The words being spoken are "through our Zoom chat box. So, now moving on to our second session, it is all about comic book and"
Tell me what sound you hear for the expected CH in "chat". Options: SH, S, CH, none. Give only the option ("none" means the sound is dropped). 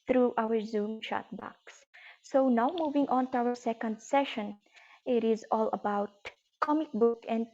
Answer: SH